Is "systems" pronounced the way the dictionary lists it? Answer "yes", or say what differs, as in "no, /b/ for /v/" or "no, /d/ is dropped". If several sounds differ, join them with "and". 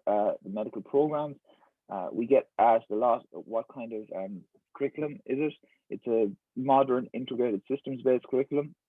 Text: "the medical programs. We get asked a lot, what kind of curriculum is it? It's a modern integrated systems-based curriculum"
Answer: yes